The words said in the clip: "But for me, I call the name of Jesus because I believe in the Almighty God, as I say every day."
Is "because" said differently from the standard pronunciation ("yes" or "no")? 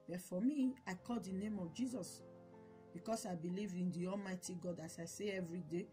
yes